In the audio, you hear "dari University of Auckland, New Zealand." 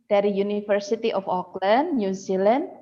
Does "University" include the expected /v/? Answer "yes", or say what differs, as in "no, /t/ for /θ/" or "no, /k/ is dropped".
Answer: no, /f/ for /v/